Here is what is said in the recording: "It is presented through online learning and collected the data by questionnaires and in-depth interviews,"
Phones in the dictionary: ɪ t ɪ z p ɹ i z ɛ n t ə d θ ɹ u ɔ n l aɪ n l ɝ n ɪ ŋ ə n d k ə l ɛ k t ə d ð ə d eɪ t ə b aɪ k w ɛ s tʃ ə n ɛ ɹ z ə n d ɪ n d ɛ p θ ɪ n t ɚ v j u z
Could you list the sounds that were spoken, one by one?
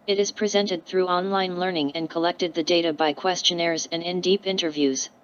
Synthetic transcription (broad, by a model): ɪ t ɪ z p ɹ i z ɛ n t ə d θ ɹ u ɔ n l aɪ n l ɝ n ɪ ŋ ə n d k ə l ɛ k t ə d ð ə d eɪ t ə b aɪ k w ɛ s tʃ ə n ɛ ɹ z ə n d ɪ n d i p ɪ n t ɚ v j u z